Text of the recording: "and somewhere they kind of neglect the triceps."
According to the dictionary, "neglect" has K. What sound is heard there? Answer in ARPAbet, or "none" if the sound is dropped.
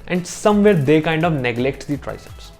K